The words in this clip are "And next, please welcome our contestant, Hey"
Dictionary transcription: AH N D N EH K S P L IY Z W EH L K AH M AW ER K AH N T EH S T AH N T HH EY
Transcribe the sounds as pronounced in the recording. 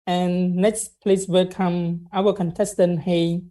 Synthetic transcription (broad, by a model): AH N N EH K S P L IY S W EH L K AH M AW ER K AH N T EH S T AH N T HH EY